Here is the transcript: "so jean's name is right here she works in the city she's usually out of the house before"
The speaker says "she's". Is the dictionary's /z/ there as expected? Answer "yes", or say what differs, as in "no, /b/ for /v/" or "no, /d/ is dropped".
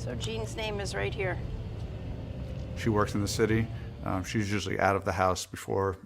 yes